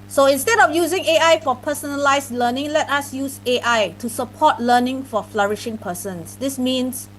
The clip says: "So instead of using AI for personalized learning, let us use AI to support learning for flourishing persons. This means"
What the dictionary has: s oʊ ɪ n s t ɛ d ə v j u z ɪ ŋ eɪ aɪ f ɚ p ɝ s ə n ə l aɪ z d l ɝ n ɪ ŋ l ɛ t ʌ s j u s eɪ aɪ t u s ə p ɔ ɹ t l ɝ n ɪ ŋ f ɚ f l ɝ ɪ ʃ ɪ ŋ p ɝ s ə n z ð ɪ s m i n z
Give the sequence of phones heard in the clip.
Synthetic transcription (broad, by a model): s oʊ ɪ n s t ɛ d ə f j u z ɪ ŋ eɪ aɪ f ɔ p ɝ s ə n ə l aɪ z l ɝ n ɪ ŋ l ɛ t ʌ s j u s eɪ aɪ t u s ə p ɔ t l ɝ n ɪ ŋ f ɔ f l ɝ ɪ ʃ ɪ ŋ p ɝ s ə n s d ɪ s m i n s